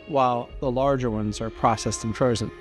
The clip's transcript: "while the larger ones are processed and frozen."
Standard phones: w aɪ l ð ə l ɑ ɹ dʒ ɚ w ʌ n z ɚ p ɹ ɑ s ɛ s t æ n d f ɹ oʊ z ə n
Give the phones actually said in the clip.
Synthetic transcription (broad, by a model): w aɪ l ð ə l ɑ ɹ dʒ ɚ w ʌ n z ɚ p ɹ ɑ s ɛ s t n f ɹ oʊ z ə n